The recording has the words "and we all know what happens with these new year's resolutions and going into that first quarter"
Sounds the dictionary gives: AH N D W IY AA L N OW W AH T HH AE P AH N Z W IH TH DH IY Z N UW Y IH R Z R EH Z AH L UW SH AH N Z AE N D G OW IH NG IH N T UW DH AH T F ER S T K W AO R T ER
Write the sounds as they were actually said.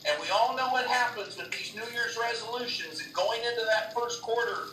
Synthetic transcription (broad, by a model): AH N W IY AA L N OW W AH T HH AE P AH N Z W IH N DH IY Z N UW Y IH R Z R EH Z AH L UW SH AH N Z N G OW IH NG IH N T UW DH AH T F ER S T K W AO R T ER